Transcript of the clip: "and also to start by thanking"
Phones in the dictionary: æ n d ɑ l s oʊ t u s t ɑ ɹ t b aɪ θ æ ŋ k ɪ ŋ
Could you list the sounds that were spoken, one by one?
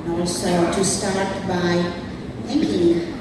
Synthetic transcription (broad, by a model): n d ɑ s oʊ t u s t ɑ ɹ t b aɪ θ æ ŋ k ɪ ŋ